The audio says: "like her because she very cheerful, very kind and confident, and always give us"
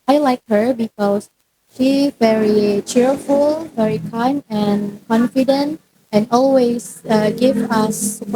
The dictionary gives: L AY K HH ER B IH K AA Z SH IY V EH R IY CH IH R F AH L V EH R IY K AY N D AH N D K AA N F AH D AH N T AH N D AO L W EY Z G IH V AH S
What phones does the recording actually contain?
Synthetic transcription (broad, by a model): L AY K HH ER B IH K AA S SH IY V EH R IY CH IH R F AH L V EH R IY K AY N AH N K AA N F AH D AH N T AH N AO L W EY S G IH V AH S